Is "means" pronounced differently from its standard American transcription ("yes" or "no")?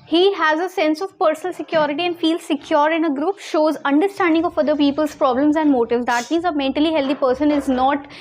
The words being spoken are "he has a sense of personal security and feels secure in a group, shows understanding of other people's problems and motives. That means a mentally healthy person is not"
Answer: no